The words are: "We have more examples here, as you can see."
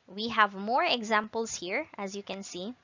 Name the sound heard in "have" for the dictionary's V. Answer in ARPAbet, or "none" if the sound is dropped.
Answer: V